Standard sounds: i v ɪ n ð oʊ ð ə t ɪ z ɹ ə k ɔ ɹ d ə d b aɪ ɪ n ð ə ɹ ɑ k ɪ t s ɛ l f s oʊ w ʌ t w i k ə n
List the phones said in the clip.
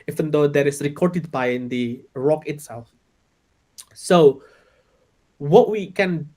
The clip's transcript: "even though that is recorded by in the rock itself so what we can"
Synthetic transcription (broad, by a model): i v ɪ n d oʊ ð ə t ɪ s ɹ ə k ɔ ɹ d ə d b aɪ ɪ n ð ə ɹ ɑ k ɪ t s ɛ l f s oʊ w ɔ t w i k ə n